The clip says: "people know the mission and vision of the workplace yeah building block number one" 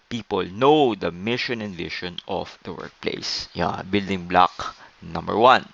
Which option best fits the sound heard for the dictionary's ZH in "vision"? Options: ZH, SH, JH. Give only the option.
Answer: SH